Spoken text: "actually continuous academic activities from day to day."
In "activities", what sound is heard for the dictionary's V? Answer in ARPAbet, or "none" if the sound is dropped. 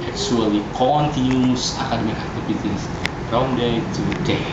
P